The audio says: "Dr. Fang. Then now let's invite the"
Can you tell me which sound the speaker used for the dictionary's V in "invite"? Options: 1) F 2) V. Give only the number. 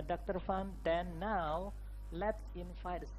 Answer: 1